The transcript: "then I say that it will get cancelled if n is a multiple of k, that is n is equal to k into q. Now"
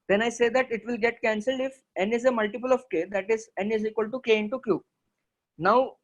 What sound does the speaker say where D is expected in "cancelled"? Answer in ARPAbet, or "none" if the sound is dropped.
D